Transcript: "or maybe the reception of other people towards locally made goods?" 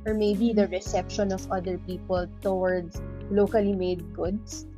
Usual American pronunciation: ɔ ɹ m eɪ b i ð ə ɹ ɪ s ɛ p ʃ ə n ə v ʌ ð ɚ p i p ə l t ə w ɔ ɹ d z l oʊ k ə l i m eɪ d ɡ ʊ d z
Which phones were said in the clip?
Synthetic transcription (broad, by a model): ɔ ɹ m eɪ b i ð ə ɹ ɪ s ɛ p ʃ ə n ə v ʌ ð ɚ p i p ə l t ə w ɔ ɹ d s l oʊ k ə l i m eɪ d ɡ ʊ d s